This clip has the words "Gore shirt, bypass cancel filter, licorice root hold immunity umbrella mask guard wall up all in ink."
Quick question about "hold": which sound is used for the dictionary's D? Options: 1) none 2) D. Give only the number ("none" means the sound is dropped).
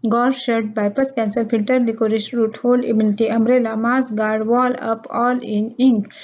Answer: 1